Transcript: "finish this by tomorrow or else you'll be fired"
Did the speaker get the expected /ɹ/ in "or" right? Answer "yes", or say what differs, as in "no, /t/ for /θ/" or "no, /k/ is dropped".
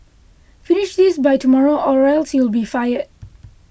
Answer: yes